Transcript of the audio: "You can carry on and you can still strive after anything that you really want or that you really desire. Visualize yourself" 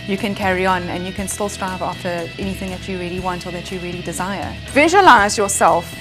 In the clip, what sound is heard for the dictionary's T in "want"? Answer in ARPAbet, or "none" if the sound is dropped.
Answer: T